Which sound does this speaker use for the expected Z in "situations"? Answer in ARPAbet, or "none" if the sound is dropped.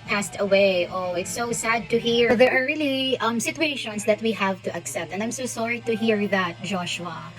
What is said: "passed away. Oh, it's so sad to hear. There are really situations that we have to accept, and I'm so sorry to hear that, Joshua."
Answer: S